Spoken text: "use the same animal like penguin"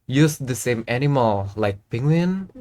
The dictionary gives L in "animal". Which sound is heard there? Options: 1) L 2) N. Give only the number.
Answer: 1